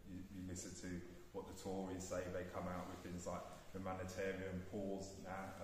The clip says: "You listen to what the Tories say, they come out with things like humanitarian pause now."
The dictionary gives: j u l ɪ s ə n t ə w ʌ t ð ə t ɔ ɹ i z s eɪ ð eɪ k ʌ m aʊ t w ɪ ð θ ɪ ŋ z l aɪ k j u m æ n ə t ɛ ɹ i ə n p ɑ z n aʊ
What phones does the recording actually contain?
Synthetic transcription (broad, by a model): j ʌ l ɪ s ə n t ə w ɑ t ð ə t ɔ ɹ i z s eɪ ð eɪ k ʌ m aʊ t w ɪ ð θ ɪ ŋ z l aɪ k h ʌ m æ n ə t ɛ ɹ i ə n p ɑ z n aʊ